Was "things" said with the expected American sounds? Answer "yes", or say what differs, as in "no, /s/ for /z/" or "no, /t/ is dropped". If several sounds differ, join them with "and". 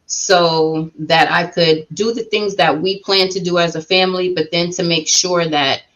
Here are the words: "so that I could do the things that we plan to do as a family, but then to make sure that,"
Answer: yes